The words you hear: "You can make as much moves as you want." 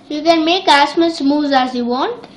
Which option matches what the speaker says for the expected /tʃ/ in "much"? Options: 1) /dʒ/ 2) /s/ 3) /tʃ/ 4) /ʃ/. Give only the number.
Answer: 2